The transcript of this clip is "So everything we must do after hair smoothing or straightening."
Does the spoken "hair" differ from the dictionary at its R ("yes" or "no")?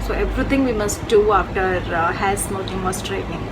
yes